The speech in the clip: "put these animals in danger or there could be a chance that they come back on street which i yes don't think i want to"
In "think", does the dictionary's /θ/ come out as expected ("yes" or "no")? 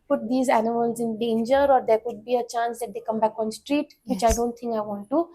no